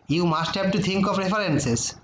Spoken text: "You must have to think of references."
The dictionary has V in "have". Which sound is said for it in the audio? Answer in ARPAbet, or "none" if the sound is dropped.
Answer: B